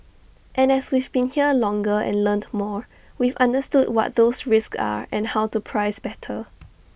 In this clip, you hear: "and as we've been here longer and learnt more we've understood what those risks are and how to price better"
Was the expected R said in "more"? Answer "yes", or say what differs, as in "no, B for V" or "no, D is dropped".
yes